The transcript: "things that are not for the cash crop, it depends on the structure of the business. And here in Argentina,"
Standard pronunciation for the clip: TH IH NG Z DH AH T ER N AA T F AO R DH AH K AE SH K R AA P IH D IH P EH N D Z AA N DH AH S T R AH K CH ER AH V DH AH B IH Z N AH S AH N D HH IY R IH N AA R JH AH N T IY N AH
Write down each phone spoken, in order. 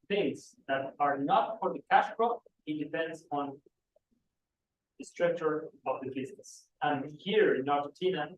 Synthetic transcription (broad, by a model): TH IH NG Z DH AH T ER N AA T F AO R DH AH K AE SH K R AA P IH D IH P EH N D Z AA N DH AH S T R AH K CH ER AH V DH AH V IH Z AH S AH N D HH IY R IH N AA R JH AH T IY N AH